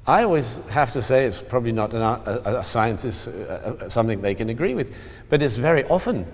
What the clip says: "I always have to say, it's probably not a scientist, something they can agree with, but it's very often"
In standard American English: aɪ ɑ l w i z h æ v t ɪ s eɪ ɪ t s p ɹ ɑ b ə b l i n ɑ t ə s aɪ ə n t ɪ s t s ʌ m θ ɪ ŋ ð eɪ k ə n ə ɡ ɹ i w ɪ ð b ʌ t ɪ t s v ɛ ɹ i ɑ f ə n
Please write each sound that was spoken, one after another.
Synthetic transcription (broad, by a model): aɪ ɑ l w i z h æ f t ɪ s eɪ ɪ t s p ɹ ɑ b ə b l i n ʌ t ə s aɪ ə n t ɪ s t s ʌ m θ ɪ ŋ ð eɪ k ə n ə ɡ ɹ i w ɪ ð b ʌ t ɪ t s v ɛ ɹ i ɑ f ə n